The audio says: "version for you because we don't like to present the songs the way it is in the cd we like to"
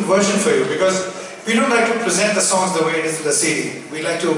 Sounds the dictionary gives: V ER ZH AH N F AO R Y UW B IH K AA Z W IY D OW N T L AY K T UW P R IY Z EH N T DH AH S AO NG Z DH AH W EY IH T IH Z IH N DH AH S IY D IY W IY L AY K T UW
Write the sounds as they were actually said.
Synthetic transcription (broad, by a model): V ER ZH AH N F AO R Y UW B IH K AA Z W IY D OW N T L AY K T UW P R IY Z EH N T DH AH S AO NG Z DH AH W EY IH T IH Z IH N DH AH S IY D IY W IY L AY K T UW